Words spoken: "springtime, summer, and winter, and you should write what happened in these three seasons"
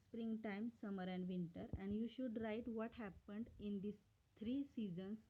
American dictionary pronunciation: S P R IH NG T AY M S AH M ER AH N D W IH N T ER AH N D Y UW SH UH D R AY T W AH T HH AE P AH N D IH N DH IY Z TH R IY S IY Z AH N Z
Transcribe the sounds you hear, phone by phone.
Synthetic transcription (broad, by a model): S P R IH NG T AY M S AH M ER AH N D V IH N T ER AH N D Y UW SH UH D R AY T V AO T HH AE P AH N D IH N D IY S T R IY S IY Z AH N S